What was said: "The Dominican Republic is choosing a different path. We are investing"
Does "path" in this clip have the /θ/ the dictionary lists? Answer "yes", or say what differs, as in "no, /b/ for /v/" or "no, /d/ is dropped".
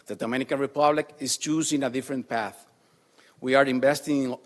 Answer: yes